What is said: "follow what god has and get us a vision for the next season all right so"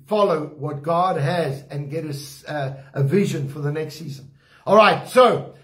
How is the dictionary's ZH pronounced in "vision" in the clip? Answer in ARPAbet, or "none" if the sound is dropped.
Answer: ZH